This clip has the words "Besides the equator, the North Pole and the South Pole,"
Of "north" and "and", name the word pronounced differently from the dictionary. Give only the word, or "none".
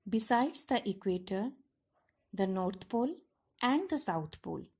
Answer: north